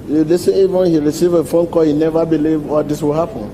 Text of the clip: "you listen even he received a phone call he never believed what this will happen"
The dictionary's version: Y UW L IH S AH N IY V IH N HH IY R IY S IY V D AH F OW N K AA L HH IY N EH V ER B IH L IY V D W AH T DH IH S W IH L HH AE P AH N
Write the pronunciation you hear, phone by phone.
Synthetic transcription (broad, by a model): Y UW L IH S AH IY V IH N HH IY R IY S IY V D AH F OW N K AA HH IY N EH V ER B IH L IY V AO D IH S W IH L HH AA P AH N